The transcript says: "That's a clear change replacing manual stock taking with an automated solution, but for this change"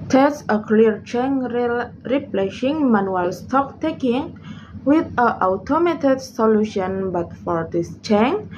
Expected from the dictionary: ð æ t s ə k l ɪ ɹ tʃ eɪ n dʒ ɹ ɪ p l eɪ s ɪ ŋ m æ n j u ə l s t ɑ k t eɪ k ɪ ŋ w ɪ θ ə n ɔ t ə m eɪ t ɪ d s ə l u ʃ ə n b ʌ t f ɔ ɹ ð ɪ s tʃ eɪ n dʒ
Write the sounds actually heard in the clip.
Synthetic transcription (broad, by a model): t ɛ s ə k l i ɹ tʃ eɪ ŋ ɹ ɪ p l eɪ ʃ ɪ ŋ m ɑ n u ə l s t ɑ k t eɪ k ɪ ŋ w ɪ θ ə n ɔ t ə m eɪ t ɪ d s ə l u ʃ ə n b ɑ t f ɔ ɹ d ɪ s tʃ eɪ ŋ